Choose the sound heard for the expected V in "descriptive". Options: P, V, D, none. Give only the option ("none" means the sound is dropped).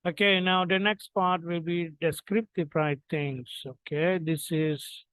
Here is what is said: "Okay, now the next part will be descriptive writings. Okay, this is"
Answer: P